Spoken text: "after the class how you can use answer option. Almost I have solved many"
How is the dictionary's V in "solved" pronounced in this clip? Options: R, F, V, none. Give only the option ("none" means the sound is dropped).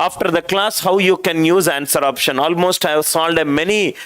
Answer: none